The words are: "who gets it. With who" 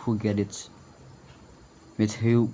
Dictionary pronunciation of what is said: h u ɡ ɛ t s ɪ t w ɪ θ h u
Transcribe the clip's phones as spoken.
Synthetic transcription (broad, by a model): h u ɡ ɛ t ɪ t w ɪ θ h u